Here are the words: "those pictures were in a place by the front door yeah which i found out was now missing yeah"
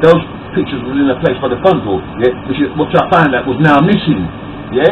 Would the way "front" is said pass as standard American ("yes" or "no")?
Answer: no